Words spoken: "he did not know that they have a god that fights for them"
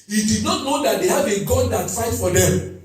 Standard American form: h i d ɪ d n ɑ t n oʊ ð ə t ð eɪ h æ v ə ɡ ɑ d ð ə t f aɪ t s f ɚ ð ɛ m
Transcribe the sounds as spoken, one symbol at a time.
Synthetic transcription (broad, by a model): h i d ɪ d n ɑ t n oʊ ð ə t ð eɪ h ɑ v ə ɡ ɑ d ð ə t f aɪ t f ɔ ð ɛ m